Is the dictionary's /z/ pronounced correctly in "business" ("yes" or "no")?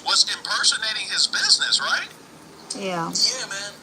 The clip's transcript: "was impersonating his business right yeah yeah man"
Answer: yes